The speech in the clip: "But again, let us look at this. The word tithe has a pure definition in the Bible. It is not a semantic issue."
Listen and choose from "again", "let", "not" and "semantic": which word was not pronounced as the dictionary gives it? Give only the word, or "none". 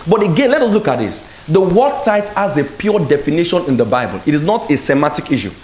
semantic